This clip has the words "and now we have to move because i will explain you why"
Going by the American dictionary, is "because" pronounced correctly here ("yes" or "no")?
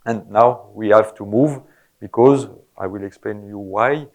yes